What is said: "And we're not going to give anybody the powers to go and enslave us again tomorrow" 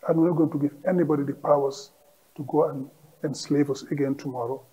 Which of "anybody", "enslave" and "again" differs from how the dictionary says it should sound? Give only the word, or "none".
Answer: none